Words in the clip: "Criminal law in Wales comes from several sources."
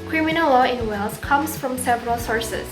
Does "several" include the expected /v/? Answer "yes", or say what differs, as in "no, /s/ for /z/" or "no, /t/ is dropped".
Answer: yes